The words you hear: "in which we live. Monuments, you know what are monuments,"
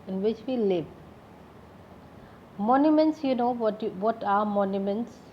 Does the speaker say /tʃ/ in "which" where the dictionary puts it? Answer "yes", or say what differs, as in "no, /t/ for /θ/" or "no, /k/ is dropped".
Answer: yes